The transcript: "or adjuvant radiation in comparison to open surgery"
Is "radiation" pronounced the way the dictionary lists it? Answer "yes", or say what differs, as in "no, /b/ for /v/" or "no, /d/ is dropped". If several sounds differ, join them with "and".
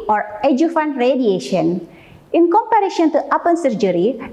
yes